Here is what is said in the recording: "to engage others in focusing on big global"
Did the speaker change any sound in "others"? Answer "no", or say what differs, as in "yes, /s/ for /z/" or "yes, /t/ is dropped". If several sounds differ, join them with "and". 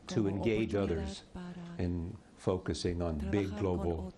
no